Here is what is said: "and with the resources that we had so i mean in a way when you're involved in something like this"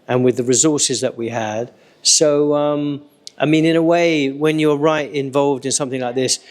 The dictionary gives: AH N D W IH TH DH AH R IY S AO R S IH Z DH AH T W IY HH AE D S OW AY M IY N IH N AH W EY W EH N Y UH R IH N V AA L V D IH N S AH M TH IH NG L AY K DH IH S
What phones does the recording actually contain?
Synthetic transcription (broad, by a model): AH N W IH DH AH R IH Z AO R S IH Z DH AH T W IY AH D S OW AY M IY N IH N AH W EY W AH N Y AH R IH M V AA L V D IH N S AH M TH IH NG L AY K DH IH S